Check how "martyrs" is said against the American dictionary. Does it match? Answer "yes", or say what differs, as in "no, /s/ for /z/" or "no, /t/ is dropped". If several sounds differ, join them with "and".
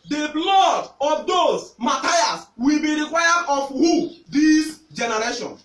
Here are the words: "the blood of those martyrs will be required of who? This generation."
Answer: no, /s/ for /z/